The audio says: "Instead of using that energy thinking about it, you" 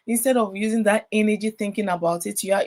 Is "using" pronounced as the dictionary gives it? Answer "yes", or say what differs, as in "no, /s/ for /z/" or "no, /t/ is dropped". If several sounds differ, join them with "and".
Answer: yes